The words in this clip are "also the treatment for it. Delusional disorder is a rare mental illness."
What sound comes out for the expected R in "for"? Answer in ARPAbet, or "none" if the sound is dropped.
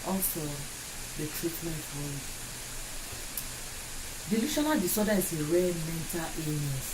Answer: L